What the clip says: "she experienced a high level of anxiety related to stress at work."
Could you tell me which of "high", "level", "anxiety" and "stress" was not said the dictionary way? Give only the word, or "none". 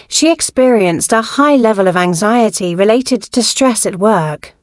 none